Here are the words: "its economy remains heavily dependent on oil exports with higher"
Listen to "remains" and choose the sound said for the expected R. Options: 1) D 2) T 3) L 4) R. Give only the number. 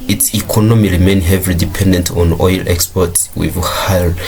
3